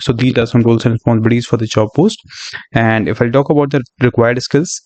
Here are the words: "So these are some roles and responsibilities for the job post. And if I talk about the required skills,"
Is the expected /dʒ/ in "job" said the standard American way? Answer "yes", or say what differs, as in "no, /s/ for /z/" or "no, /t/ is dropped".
no, /tʃ/ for /dʒ/